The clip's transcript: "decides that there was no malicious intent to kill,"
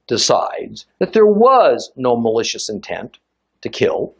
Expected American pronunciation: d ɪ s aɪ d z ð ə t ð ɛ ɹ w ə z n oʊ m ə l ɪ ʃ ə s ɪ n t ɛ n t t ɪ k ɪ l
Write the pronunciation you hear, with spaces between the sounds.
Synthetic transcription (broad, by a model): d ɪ s aɪ d z ð ə t ð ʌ ɹ w ə z n oʊ m ə l ɪ ʃ ə s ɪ n t ɛ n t t ɪ k ɪ l